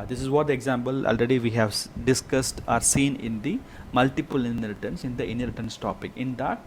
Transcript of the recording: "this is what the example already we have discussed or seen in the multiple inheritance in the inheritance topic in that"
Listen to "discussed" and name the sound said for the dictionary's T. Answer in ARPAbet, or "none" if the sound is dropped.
T